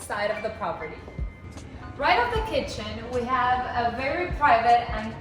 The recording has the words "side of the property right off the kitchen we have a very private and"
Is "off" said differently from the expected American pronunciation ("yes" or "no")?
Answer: yes